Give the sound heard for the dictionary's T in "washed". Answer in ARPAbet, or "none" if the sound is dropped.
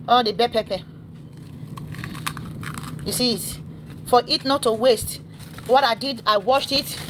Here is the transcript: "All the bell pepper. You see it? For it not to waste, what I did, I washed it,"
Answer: T